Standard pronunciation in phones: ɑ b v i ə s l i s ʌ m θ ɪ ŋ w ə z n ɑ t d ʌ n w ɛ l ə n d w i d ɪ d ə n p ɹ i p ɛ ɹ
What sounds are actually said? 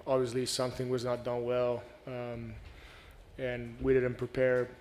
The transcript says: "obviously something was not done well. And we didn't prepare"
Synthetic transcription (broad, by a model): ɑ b v i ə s l i s ʌ m θ ɪ ŋ w ə z n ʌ t d ʌ n w ɛ l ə n w i d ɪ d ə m p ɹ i p ɛ ɹ